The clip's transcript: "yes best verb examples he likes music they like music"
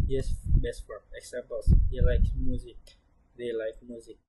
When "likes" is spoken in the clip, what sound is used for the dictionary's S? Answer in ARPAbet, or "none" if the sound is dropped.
none